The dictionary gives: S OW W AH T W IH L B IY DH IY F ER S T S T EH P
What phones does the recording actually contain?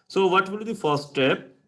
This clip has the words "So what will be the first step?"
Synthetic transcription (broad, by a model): S OW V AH T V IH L B IY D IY F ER T S T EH P